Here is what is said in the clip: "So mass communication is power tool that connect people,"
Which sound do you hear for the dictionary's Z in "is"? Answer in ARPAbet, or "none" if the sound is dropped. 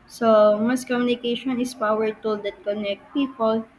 S